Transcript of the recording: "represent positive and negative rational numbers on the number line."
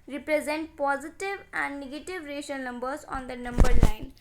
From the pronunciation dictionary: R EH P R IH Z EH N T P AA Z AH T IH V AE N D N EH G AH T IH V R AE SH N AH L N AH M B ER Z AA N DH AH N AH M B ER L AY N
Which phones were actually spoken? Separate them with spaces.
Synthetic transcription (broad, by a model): R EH P R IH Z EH N T P AA Z AH T IH V AE N D N EH G AH T IH V R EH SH AH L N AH M B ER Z AA N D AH N AH M B ER L AY N